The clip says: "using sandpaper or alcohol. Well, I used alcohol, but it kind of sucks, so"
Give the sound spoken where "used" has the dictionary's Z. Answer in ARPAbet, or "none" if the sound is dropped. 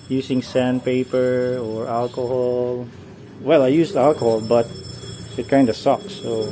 S